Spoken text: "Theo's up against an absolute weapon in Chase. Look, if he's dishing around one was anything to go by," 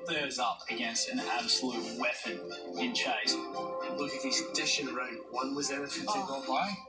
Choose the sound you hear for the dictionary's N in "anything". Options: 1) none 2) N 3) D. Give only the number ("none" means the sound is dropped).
1